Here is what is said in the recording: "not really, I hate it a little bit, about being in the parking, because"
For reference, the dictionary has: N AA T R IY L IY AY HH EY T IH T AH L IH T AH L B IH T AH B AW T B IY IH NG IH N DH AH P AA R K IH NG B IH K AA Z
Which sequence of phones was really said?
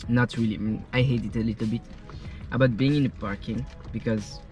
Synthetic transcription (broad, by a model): N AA T R IY L IY AY HH EY T IH T AH L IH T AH L B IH T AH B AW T B IY IH NG IH N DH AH P AA R K IH NG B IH K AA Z